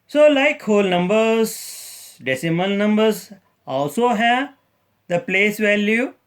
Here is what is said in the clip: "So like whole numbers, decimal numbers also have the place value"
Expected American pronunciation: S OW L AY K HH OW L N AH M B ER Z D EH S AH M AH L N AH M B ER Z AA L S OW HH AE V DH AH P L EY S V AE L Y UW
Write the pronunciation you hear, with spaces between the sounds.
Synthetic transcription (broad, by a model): S OW L AY K HH OW L N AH M B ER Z D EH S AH M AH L N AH M B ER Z AA L S OW HH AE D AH P L EY S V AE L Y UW